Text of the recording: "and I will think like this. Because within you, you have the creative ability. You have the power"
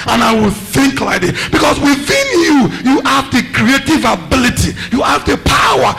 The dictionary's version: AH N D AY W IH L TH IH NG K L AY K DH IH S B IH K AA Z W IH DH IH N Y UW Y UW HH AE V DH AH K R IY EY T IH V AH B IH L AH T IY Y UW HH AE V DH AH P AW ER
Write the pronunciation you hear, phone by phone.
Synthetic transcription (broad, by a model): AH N AY W IH L TH IH NG K L AY K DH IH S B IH K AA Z W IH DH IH N Y UW Y UW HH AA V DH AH K R IY EY T IH V AH B IH L AH T IY Y UW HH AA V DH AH P AW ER